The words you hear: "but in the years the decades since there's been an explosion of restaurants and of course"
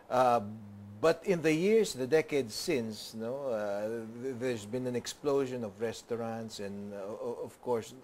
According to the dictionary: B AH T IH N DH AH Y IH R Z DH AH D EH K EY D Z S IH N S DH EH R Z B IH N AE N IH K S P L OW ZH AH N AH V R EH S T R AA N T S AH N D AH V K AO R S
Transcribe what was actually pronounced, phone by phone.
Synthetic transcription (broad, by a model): B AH T IH N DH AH Y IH R S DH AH D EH K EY D S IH N S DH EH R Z B IH N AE N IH K S P L OW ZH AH N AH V R EH S T R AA N T S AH N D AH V K AO R S